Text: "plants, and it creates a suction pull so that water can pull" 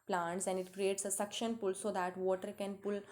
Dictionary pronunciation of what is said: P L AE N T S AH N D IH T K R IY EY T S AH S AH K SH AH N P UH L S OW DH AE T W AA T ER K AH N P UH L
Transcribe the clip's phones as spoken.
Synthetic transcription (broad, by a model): P L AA N T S AH N D IH T K R IY EY T S AH S AH K SH AH N P UH L S OW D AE T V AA T ER K AH N P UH L